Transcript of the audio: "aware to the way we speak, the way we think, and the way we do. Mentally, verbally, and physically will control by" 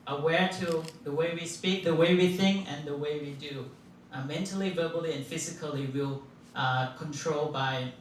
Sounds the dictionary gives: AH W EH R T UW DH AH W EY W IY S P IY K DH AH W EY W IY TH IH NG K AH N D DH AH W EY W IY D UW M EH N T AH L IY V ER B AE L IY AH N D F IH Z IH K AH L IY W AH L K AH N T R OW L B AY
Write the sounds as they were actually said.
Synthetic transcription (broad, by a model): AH W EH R T UW DH AH W EY W IY S P IY K DH AH W EY W IY TH IH NG K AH N DH AH W EY W IY D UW M EH N T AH L IY V ER B L IY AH N F IH Z IH K AH L IY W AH L K AH N T R OW L B AY